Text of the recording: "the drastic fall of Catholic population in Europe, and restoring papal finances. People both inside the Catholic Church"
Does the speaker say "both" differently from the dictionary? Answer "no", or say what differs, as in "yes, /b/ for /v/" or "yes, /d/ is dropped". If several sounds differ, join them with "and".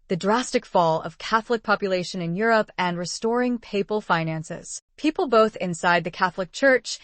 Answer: no